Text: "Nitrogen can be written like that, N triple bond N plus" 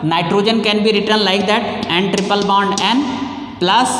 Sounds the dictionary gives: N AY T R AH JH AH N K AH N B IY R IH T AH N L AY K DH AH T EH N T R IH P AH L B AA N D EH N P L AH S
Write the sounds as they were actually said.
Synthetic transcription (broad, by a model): N AY T R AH JH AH N K AH N B IY R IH T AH N L AY K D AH T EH N T R IH P AH L B AA N D EH N P L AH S